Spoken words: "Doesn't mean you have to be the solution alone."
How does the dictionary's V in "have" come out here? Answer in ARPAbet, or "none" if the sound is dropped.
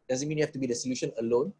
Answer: F